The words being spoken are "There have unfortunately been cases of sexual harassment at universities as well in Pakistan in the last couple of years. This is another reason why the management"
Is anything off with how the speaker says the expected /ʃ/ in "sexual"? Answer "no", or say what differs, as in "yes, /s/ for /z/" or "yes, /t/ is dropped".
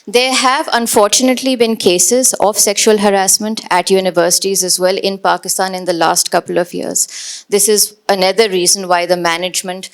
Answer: no